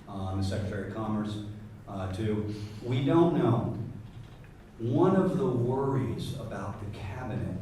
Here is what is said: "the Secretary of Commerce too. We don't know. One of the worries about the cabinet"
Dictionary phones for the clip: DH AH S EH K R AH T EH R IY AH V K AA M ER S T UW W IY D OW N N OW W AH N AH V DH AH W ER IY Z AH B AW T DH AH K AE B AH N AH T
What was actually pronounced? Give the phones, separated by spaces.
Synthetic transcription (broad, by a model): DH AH S EH K R AH T EH R IY K AA M ER S T UW W IY D OW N N OW W AH N AH V DH AH W ER IY Z AH B AW T DH AH K AE B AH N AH T